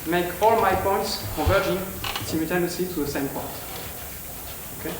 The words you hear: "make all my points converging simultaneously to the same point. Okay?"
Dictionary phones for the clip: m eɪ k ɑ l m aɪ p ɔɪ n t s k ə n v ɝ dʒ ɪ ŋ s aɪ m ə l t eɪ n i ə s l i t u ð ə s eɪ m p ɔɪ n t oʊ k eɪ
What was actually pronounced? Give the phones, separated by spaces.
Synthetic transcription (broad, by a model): m eɪ k ɑ l m aɪ p ɔɪ n t s k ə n v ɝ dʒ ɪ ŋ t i m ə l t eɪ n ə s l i t u ð ə s eɪ m p ɔɪ n t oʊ k eɪ